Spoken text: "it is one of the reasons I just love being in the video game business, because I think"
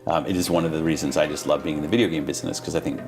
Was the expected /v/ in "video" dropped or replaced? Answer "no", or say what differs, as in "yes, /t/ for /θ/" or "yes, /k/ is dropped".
no